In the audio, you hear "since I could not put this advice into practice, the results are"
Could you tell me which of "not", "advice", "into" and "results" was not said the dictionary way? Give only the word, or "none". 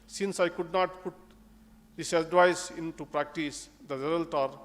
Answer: results